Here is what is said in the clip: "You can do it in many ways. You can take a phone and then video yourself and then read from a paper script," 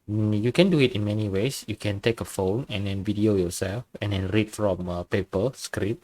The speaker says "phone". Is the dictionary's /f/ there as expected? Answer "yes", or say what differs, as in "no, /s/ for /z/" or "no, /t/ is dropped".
yes